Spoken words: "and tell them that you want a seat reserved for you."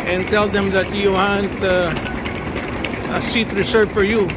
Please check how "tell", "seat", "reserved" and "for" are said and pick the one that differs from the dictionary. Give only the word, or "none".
reserved